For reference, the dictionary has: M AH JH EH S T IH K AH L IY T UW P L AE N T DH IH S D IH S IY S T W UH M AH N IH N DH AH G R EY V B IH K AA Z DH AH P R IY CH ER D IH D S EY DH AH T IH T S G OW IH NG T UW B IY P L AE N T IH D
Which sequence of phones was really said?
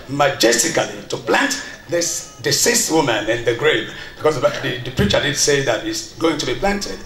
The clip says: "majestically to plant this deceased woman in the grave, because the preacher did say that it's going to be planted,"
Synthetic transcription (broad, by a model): M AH JH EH S T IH K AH L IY T UW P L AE N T DH IH S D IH S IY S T W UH M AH N IH N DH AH G R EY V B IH K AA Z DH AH P R IY CH ER D IH D S EY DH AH T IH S G OW IH NG T UW B IY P L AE N T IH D